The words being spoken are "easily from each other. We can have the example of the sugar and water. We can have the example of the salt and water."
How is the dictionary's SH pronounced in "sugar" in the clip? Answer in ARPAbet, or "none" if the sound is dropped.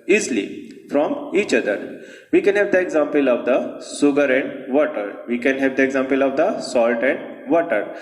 S